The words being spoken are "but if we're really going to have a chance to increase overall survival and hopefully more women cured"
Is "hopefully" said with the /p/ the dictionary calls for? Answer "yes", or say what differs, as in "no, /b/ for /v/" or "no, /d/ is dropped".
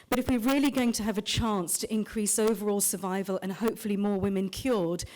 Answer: yes